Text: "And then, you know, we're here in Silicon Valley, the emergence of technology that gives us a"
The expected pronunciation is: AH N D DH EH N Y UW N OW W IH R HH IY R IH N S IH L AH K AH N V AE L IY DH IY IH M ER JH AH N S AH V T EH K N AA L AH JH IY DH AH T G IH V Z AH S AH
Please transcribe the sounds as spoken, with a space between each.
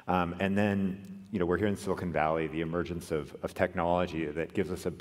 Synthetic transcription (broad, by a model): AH N DH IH N Y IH N OW W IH R HH IY R IH N S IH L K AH N V AE L IY DH IY IH M ER JH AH N S AH V T EH K N AA L AH JH IY DH AH T G IH V Z AH S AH